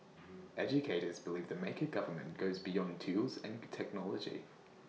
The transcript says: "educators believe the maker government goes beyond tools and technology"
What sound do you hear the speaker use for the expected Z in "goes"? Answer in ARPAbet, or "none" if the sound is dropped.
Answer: Z